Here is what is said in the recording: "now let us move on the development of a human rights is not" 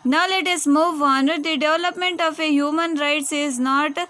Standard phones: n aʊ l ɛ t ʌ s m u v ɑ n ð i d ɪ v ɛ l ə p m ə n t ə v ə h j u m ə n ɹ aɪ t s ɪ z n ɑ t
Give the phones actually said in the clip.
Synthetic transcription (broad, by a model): n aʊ l ɛ t ʌ s m u v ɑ n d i d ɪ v l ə p m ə n t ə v ə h j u m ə n ɹ aɪ t s ɪ z n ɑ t